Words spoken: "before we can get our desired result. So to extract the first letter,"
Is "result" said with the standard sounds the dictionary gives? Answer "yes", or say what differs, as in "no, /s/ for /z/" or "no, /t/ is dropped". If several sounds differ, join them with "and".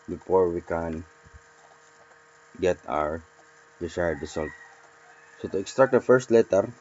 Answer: no, /s/ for /z/